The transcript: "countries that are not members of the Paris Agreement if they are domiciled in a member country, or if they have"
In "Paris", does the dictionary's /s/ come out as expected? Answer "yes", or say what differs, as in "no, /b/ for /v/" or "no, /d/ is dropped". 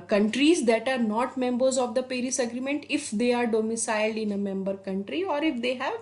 yes